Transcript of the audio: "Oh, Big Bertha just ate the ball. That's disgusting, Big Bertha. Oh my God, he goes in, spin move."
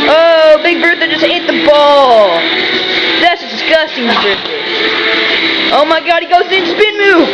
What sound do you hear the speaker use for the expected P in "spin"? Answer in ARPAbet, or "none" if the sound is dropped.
B